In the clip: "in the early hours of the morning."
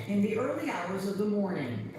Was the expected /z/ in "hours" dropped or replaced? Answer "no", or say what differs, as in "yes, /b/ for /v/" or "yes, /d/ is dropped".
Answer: no